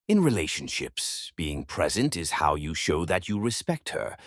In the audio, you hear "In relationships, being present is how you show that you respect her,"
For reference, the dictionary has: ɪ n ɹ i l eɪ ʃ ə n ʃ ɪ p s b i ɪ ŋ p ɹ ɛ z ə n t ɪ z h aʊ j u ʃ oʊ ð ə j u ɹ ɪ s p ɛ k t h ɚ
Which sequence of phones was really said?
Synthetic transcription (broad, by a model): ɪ n ɹ i l eɪ ʃ ə n ʃ ɪ p s b i ɪ ŋ p ɹ ɛ z ə n t ɪ z h aʊ j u ʃ oʊ ð ə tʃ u ɹ ɪ s p ɛ k t h ɚ